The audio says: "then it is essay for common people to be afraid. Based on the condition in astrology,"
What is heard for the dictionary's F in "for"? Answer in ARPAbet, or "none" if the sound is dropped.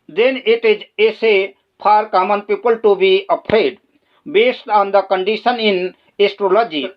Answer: P